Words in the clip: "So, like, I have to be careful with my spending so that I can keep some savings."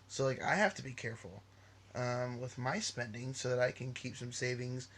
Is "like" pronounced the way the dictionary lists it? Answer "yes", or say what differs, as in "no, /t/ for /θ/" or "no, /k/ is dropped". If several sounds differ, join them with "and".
yes